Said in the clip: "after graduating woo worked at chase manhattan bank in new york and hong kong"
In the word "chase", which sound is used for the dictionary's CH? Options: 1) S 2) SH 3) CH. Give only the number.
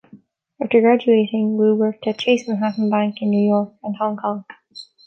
3